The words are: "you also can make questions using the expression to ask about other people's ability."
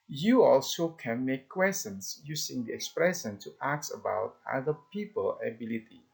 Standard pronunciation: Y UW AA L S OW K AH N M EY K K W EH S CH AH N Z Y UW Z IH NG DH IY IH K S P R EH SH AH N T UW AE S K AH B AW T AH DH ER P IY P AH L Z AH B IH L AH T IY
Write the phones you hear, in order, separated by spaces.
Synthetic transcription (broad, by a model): Y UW AA L S OW K AH N M EY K K W EH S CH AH N S Y UW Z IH NG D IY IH K S P R EH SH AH N T UW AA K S AH B AW T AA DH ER P IY P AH L AH B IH L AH T IY